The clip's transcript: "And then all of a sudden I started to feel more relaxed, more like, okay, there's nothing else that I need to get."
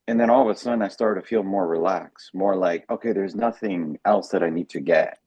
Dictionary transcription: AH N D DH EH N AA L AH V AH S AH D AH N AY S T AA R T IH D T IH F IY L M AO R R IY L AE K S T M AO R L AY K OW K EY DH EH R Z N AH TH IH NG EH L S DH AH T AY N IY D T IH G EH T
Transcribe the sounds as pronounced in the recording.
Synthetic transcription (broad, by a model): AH N DH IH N AA L AH V AH S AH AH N AY S T AA R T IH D T IH F IY L M AO R R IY L AE K S M AO R L AY K OW K EY DH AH R Z N AH TH IH NG EH L S DH AH T AY N IY D T IH G EH T